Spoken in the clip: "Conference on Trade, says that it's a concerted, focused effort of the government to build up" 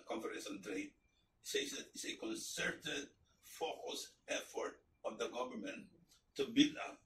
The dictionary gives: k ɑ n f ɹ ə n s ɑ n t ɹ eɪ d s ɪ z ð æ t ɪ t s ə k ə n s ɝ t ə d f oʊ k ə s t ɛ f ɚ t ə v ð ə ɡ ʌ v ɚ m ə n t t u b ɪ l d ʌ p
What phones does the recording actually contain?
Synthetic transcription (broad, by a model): k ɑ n f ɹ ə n s ɑ n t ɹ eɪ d s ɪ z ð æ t ɪ t s ə k ə n s ɝ t ə d f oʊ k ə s ɛ f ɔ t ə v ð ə ɡ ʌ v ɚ m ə n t t u b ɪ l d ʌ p